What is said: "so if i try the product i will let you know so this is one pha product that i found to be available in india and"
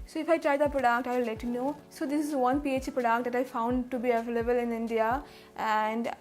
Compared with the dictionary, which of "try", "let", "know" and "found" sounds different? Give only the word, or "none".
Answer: none